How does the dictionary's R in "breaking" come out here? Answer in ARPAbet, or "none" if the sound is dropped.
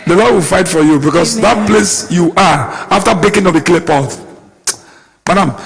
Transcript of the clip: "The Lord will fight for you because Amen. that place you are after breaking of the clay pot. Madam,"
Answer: none